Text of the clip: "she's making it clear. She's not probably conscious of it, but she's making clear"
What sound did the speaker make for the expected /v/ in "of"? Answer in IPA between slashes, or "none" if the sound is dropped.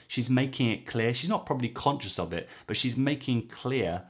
/v/